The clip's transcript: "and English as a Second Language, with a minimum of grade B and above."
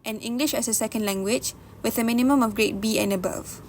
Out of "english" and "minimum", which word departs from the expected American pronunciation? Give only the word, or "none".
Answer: none